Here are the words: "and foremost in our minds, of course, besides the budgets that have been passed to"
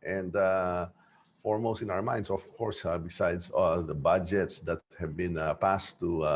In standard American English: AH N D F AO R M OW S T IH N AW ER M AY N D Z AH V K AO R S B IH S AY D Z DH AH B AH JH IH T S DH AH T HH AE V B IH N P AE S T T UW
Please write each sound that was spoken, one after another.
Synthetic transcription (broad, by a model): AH N D F AO R M OW S T IH N AW ER M AY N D S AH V K AO R S B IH S AY D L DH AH B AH JH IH T S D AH T HH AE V B IH N P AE S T T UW